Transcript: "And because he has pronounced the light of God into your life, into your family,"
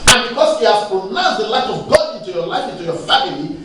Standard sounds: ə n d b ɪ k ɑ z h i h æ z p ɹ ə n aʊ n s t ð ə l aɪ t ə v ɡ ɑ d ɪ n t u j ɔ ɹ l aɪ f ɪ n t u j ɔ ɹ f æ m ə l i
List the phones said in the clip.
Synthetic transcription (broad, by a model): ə n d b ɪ k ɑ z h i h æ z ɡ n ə ɪ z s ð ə l aɪ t ə v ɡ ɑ ɪ n t u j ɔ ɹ l aɪ f ɪ n t u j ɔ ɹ f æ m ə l i